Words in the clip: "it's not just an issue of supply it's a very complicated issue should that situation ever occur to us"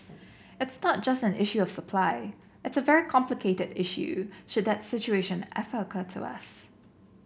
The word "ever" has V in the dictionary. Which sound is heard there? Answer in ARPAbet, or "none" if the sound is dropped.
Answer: F